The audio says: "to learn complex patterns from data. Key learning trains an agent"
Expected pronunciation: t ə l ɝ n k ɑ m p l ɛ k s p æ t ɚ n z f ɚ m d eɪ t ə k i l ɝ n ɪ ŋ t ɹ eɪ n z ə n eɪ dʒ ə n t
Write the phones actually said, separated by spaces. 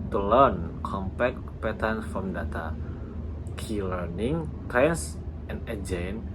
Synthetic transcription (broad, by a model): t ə l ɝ n k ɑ m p ɛ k p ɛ t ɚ n f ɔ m d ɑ t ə k i l ɝ n ɪ ŋ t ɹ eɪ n s ə n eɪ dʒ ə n